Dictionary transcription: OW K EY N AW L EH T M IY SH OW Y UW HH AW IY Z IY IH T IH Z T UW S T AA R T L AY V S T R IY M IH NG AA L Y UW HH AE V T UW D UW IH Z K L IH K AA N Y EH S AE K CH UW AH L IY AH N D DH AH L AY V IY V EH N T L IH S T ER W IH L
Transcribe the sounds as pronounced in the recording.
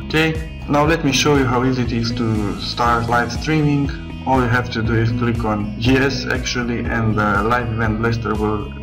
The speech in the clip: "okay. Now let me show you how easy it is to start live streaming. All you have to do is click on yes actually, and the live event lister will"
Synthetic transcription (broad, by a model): OW K EY N AW L EH T M IY SH OW Y UW HH AW IY Z IY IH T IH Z T UW S T AA R T L AY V S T R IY M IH NG AA L Y UW HH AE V T UW D UW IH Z K L IH K AA N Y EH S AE K CH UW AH L IY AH N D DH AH L AY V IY V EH N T L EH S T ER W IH L